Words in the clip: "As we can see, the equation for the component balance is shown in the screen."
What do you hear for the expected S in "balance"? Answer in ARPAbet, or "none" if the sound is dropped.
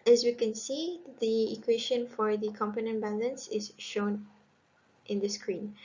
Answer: S